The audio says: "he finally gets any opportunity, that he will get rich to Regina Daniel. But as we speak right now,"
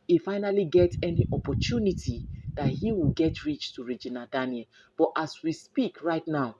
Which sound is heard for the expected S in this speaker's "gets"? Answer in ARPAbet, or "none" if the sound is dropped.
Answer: none